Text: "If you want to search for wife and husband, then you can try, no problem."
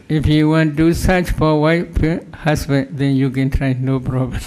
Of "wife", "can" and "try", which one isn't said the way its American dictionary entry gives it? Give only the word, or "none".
wife